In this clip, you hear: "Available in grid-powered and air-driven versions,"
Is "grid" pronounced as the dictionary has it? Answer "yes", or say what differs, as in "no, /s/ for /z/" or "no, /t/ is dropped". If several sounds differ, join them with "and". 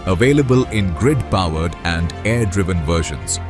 yes